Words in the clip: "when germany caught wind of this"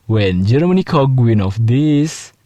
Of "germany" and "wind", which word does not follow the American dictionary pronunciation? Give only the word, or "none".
wind